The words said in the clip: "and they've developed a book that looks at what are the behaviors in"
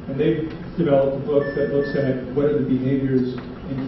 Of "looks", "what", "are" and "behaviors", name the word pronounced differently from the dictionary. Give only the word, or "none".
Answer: none